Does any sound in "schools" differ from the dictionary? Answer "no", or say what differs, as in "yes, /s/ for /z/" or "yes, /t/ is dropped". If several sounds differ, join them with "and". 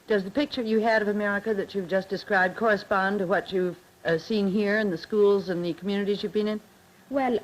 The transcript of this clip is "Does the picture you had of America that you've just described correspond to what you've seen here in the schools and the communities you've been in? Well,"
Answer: no